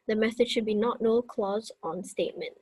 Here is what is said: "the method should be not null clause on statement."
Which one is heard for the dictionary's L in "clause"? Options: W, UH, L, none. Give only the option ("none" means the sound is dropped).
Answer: L